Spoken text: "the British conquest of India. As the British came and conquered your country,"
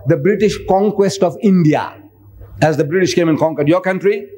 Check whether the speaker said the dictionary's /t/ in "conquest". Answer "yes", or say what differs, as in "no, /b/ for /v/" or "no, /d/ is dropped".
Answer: yes